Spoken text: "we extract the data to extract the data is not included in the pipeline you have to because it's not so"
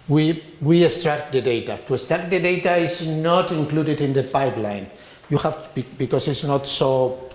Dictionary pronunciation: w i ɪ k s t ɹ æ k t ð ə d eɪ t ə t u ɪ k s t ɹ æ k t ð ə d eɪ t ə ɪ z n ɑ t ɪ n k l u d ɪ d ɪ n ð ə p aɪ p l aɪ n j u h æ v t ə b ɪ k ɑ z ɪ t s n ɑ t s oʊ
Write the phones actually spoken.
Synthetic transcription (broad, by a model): w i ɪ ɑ s t ɹ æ k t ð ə d eɪ t ə t u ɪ s t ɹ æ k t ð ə d eɪ t ə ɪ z n ɑ t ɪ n k l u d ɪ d ɪ n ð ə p aɪ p l aɪ n j u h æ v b b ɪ k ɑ s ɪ t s n ɑ t s oʊ